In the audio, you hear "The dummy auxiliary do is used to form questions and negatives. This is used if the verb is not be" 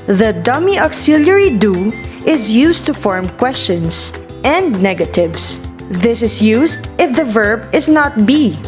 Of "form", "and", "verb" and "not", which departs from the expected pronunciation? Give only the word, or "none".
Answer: none